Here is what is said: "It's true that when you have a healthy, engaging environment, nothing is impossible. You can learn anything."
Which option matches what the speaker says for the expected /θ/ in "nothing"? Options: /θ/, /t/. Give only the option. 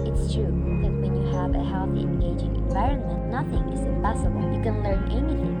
/θ/